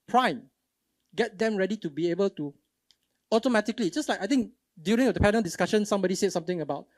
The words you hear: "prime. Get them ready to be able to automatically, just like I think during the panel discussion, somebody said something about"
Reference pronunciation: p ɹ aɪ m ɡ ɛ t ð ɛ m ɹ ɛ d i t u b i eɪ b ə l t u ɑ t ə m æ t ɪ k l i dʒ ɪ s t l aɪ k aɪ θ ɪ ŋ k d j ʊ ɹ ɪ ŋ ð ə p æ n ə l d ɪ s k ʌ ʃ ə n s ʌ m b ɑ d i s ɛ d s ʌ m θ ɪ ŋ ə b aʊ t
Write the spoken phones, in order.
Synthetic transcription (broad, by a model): p ɹ aɪ m ɡ ɛ t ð ɛ m ɹ ɛ d i t u b i eɪ b ə l t u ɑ t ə m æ t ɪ k l i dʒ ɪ s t l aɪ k aɪ t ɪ ŋ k d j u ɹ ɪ ŋ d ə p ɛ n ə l d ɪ s k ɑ ʃ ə n s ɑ m b ɑ d i s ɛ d s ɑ m t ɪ ŋ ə b aʊ t